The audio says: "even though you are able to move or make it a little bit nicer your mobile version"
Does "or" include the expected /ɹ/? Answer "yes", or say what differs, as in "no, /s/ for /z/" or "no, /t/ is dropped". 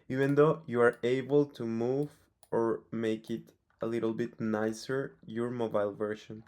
yes